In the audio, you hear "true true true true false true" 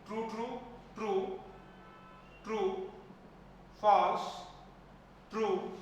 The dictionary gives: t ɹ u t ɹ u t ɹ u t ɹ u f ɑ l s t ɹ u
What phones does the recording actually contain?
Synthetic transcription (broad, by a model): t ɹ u t ɹ u t ɹ u t ɹ u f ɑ s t ɹ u